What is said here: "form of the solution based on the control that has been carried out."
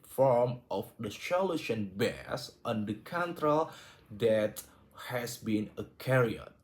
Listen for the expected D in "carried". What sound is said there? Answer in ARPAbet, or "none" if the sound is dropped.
none